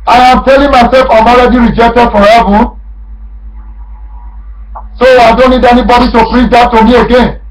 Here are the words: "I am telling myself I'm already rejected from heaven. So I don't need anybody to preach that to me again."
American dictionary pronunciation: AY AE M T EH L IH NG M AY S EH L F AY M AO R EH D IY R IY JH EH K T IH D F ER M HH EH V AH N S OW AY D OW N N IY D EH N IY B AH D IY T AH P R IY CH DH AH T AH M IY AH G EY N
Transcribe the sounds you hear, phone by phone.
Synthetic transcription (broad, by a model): AY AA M T EH L IH NG M AY S EH L F AY M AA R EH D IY R IY JH EH K T IH D F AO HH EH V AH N S OW AY D OW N N IY D EH N IY B AH D IY T AH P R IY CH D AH T AH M IY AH G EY N